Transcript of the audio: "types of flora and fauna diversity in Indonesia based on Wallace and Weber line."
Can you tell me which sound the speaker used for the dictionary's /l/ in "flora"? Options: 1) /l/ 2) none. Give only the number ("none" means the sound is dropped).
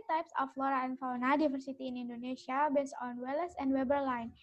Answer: 1